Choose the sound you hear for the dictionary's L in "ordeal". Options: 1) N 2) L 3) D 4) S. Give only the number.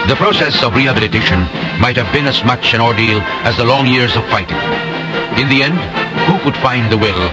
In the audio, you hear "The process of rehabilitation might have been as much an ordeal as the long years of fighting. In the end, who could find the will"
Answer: 2